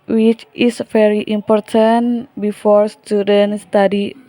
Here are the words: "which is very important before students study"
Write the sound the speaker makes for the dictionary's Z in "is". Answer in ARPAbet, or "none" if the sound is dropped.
S